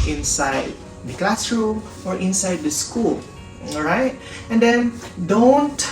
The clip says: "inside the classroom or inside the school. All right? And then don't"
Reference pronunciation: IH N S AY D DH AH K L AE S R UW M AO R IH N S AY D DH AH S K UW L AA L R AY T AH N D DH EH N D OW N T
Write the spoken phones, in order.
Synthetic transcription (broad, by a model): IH N S AY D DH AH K L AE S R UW AO R IH N S AY D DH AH S K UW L L R AY T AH N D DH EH N D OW N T